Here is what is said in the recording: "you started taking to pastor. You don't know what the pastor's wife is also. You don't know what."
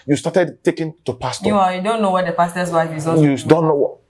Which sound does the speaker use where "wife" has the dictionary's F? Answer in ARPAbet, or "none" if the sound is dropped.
none